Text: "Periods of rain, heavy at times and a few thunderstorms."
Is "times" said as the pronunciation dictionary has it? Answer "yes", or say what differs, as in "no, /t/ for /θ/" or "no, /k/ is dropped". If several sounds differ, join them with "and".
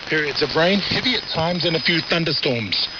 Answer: yes